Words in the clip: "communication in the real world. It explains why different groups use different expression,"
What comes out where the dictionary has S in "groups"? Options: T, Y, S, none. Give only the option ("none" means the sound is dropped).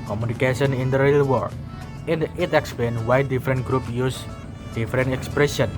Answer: none